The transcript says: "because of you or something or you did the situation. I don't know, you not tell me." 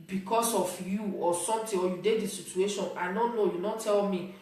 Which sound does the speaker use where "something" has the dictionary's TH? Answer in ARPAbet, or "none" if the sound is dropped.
T